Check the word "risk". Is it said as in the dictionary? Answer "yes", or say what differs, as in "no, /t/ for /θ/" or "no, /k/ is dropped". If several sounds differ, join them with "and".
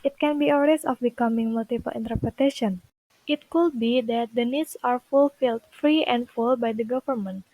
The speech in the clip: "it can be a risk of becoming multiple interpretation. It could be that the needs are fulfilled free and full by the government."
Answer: no, /k/ is dropped